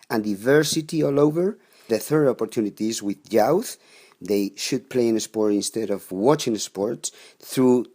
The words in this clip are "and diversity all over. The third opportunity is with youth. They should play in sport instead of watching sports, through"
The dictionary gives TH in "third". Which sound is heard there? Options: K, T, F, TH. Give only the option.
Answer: TH